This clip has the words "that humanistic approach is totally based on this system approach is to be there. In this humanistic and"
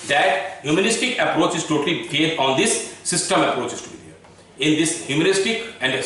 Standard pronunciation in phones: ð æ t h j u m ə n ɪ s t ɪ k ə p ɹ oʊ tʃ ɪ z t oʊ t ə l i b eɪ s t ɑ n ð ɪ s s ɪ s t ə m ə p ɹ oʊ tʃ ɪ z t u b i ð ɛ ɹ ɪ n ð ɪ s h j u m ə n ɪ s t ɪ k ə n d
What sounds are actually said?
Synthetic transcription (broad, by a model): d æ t h j u m ə n ɪ s t ɪ k ə p ɹ oʊ tʃ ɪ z t oʊ t ə l i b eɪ t ɑ n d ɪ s s ɪ s t ə m ə p ɹ oʊ tʃ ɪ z t u b i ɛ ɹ ɪ n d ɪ s h j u m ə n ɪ s t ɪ k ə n d